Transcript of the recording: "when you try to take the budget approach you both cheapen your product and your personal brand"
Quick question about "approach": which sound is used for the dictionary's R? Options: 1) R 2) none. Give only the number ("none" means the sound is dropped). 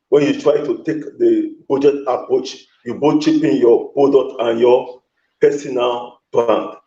1